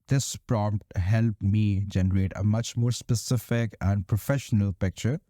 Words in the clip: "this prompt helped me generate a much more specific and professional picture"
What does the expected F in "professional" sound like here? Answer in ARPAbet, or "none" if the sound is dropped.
F